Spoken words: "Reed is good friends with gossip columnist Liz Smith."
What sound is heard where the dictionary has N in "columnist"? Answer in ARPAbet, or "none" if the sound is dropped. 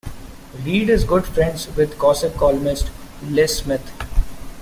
none